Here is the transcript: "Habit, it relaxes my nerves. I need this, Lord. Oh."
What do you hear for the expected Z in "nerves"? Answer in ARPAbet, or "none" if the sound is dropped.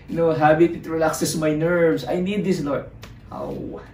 S